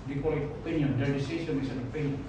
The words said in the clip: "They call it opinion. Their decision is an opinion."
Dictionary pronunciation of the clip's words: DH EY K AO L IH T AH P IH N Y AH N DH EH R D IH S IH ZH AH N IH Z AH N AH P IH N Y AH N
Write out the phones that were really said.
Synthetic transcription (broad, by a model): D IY K AO L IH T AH P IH N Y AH N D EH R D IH S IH S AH N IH S AH N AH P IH N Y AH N